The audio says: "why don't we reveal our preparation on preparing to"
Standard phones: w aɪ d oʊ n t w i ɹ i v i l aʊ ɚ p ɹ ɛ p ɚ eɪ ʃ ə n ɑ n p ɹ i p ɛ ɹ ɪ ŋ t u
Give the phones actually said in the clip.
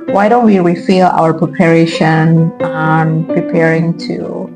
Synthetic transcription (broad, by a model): w aɪ d oʊ n t w i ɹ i f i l aʊ ɚ p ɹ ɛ p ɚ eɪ ʃ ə n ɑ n p ɹ i p ɛ ɹ ɪ ŋ t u